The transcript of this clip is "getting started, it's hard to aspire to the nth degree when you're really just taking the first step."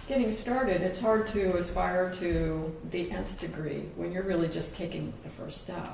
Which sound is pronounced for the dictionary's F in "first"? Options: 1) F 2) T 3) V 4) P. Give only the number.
1